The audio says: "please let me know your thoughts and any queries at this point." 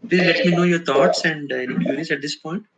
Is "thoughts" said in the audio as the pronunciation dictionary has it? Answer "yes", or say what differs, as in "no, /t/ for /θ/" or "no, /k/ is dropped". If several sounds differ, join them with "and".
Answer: no, /t/ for /θ/